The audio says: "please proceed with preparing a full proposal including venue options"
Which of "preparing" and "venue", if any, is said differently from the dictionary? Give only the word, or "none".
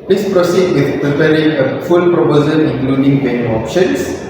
venue